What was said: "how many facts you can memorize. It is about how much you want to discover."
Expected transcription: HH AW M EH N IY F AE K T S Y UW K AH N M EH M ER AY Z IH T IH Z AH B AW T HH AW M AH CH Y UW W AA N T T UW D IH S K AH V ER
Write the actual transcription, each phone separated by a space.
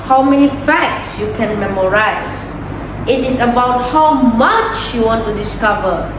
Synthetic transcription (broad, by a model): HH AW M EH N IY F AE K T S Y UW K AH N M EH M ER AY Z IH T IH S AH B AW T HH AW M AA CH Y UW W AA N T T UW D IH S K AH V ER